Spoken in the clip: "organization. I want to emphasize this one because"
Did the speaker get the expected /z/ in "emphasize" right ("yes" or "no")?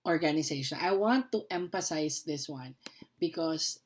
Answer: no